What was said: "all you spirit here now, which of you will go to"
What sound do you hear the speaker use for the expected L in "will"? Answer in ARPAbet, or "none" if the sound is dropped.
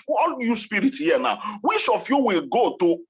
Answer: L